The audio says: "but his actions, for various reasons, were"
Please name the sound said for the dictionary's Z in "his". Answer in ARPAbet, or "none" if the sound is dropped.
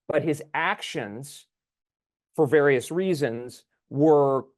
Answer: Z